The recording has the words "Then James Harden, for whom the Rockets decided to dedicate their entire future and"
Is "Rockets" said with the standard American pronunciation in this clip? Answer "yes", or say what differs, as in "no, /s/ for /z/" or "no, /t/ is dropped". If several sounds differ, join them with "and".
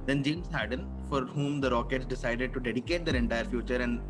yes